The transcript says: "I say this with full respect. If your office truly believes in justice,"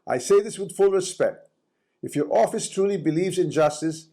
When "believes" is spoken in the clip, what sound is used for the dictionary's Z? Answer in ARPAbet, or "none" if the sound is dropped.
Z